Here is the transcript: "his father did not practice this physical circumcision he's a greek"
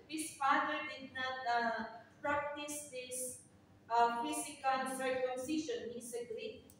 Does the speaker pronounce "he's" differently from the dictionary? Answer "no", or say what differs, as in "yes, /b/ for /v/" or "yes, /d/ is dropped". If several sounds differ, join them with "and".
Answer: yes, /s/ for /z/